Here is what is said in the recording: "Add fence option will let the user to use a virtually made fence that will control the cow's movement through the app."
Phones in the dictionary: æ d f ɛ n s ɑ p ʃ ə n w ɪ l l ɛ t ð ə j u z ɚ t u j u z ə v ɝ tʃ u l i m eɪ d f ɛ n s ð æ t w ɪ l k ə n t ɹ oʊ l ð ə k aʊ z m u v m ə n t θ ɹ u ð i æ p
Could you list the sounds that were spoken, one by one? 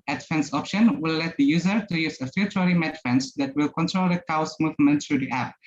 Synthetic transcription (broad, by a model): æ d f ɛ n s ɑ p ʃ ə n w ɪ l l ɛ t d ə j u z ɚ t u j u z ə f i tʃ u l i m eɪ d f ɛ n s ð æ t w ɪ l k ə n t ɹ oʊ l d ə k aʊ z m u v m ə n t t ɹ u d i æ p